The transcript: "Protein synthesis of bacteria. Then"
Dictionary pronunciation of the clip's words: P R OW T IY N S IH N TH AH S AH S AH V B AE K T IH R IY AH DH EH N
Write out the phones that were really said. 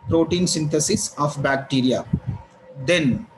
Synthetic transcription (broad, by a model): P R OW T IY N S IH N T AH S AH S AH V B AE K T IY R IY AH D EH N